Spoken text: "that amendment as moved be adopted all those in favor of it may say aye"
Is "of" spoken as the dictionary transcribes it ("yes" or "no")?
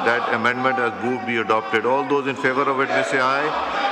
yes